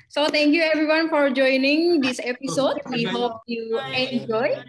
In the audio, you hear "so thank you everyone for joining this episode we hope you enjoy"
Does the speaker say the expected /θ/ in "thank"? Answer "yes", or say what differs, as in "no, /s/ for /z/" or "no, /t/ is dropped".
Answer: no, /t/ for /θ/